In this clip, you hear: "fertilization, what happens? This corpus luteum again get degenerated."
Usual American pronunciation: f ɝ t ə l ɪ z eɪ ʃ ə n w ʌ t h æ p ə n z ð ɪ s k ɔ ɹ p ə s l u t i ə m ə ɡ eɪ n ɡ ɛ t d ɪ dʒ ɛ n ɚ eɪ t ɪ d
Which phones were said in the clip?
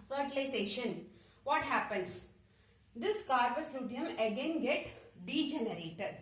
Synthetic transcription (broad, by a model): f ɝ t l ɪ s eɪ ʃ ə n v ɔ t h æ p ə n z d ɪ s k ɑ ɹ b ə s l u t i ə m ə ɡ eɪ n ɡ ɛ t d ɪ dʒ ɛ n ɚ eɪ t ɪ d